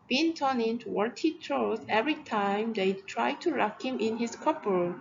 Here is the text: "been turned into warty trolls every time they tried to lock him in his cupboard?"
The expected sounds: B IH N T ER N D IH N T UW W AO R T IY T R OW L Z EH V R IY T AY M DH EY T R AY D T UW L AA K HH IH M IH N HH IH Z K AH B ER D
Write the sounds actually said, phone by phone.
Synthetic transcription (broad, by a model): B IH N T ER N IH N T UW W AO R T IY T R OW Z EH V R IY T AY M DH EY T R AY D T UW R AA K HH IH M IH N HH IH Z K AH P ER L